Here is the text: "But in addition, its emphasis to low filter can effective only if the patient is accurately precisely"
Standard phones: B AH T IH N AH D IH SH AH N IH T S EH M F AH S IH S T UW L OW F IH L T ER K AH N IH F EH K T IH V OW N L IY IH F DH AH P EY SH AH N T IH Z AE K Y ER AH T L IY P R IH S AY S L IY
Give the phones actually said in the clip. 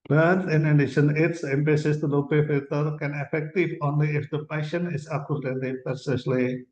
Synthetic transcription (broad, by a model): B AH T IH N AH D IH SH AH N IH T S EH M P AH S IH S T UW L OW P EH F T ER K AH N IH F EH K T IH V OW N L IY IH F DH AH P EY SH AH N IH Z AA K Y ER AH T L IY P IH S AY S L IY